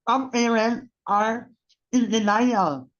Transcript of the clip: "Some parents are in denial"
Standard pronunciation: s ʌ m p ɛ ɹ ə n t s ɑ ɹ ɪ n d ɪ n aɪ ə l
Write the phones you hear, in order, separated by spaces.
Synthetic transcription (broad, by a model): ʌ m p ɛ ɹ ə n t ɑ ɹ ɪ n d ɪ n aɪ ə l